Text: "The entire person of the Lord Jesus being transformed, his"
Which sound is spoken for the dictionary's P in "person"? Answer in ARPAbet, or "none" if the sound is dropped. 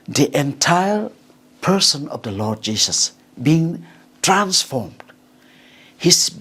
P